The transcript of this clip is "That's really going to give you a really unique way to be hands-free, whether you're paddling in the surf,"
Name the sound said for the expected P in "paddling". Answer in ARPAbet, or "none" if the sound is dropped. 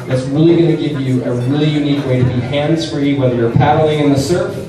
P